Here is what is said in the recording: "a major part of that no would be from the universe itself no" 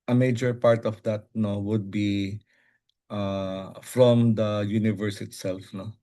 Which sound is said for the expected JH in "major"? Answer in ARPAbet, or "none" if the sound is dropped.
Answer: JH